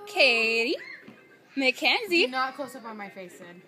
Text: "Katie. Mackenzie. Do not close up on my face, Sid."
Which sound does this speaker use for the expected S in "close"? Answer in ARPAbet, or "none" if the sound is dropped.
S